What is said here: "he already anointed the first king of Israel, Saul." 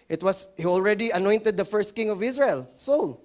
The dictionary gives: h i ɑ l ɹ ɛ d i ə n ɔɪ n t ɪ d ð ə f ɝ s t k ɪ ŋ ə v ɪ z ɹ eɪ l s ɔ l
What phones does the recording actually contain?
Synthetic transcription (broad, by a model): h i ɑ l ɹ ɛ d i ə n ɔɪ n t ɪ d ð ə f ɝ s t k ɪ ŋ ə v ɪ s ɹ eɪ l s ɔ l